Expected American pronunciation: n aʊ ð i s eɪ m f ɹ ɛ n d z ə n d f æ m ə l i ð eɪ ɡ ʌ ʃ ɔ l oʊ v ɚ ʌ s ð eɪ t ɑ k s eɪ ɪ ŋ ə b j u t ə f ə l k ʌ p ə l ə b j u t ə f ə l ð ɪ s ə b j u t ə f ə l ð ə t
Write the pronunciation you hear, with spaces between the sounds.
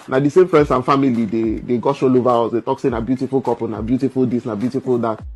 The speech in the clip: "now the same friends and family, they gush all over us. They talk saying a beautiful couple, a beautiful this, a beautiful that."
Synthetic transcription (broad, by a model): n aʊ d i s eɪ m f ɹ ɛ n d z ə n f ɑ m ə l i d eɪ ɡ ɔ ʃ ɔ l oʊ v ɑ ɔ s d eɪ t ɑ k s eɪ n ə b j u t ə f ə l k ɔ p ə n ə b j u t ə f ə l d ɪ s ə b j u t ə f ə l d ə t